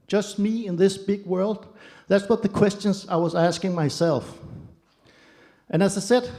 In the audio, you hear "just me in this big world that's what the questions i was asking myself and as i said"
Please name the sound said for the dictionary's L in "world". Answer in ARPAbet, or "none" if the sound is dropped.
L